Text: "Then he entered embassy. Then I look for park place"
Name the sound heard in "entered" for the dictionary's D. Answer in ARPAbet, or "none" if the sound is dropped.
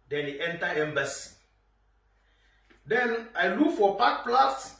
none